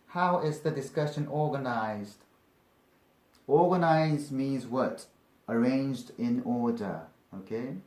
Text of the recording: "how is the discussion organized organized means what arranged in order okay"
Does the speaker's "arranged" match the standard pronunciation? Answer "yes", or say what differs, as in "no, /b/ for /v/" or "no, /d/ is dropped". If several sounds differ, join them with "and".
yes